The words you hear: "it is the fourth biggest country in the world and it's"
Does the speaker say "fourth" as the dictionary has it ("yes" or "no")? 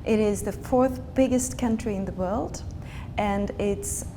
yes